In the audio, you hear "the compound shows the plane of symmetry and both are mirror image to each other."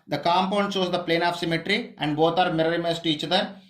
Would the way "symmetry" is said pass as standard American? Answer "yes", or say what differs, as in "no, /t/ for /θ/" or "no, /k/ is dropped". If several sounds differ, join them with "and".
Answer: yes